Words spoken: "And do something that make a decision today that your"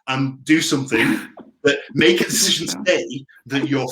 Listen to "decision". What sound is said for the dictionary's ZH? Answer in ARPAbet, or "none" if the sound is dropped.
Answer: ZH